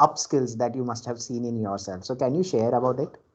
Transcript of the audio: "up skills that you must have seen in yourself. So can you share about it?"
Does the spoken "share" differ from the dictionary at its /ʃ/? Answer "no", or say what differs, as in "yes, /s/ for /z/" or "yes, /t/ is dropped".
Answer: no